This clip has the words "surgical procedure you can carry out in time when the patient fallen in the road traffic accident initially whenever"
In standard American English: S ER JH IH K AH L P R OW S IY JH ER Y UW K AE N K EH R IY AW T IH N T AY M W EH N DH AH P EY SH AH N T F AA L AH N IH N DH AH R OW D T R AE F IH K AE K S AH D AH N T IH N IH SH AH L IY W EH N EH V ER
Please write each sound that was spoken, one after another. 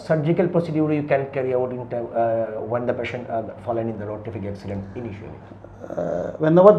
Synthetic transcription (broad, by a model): S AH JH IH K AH L P R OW S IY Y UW Y UW K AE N K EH R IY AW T IH N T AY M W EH N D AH P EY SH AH N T F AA L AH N IH N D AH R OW T IY F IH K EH K S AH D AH N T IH N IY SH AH L IY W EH N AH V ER